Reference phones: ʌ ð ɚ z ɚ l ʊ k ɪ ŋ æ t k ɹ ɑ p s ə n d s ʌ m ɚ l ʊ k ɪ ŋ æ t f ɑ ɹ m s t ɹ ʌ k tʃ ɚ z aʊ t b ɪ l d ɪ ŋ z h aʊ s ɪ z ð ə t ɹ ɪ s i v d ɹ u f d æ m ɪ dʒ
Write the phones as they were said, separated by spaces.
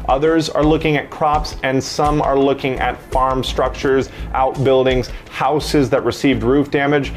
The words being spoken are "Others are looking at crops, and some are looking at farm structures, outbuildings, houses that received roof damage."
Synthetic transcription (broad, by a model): ʌ ð ɚ z ɚ l ʊ k ɪ ŋ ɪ t k ɹ ɑ p s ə n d s ʌ m ɚ l ʊ k ɪ ŋ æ t f ɑ ɹ m s t ɹ ʌ k tʃ ɚ z aʊ t b ɪ l d ɪ ŋ z h aʊ s ɪ z ð ə t ɹ ɪ s i v d ɹ u f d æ m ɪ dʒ